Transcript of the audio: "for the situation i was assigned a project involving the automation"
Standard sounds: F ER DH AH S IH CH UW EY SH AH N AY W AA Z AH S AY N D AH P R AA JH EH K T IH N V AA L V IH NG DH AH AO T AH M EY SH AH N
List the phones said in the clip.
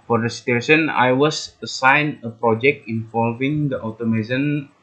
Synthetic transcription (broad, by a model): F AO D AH S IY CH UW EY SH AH N AY W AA S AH S AY N AH P R AA JH EH K T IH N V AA L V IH NG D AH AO T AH M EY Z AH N